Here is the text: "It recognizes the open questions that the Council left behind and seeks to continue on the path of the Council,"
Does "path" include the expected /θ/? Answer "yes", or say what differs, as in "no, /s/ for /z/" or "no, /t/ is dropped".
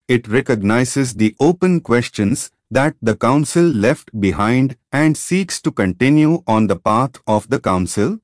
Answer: no, /t/ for /θ/